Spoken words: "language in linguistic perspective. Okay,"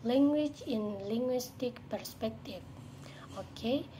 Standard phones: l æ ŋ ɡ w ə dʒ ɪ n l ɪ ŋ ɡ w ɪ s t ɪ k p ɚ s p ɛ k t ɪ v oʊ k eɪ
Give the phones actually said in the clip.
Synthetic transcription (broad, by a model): l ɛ ŋ ɡ w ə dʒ ɪ n l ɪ ŋ ɡ w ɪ s t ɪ k p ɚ s p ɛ k t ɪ f oʊ k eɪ